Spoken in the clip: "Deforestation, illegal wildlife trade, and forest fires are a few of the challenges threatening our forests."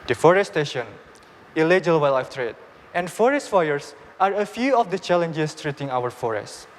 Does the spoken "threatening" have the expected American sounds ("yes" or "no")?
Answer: no